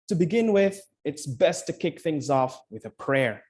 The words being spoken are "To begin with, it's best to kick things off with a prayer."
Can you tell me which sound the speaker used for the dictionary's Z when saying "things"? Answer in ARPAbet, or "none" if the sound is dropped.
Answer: Z